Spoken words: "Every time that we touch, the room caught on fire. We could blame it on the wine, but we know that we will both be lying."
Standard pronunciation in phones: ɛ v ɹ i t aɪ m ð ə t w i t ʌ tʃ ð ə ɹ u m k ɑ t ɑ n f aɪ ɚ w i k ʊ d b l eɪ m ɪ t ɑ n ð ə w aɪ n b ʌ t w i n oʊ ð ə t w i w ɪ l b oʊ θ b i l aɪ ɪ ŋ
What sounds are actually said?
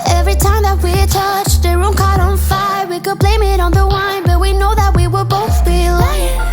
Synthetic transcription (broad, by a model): ɛ v ɹ i t aɪ m ð ə t w i t ʌ tʃ ð ə ɹ u m k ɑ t n f aɪ ɚ w i k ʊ d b l eɪ m ɪ t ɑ n ð ə w aɪ n b ʌ t w i n oʊ ð ə t w i w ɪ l b oʊ θ b i l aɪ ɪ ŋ